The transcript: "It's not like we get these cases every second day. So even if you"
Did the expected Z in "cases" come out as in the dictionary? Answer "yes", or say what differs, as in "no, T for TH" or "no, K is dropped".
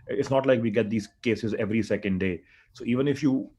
yes